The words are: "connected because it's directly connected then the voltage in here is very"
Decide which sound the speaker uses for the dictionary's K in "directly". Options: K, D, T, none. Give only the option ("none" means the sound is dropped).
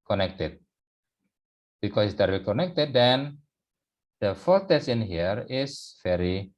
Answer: none